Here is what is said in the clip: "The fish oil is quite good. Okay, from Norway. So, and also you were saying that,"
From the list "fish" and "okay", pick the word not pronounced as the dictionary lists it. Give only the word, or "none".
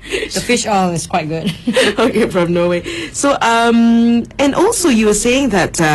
none